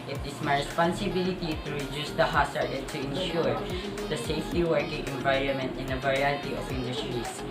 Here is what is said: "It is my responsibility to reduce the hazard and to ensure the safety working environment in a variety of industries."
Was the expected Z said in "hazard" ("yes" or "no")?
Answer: no